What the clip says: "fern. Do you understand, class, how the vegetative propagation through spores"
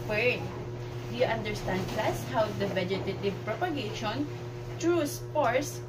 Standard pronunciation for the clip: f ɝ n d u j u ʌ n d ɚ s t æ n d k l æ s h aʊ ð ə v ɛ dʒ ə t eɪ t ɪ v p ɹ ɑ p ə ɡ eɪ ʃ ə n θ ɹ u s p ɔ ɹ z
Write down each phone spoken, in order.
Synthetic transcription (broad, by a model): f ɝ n d u j u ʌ n d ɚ s t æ n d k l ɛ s h aʊ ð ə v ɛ dʒ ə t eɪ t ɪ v p ɹ ɑ p ə ɡ eɪ ʃ ə n t ɹ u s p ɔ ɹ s